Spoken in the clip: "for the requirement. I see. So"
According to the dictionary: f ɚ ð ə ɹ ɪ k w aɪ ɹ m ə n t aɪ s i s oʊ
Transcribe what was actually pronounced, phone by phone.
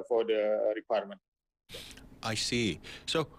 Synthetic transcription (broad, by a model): f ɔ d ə ɹ ɪ k w aɪ ɹ m ə n t aɪ s i s oʊ